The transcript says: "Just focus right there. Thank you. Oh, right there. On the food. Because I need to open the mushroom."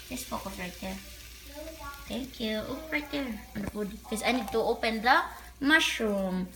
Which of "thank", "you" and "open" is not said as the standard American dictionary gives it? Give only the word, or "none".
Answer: thank